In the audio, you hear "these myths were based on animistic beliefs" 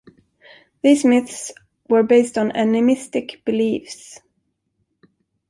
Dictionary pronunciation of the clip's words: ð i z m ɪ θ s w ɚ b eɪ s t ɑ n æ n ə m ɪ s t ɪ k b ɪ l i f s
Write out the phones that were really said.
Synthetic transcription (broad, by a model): ð i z m ɪ θ s w ɚ b eɪ s t n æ n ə m ɪ s t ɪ k b ɪ l i f s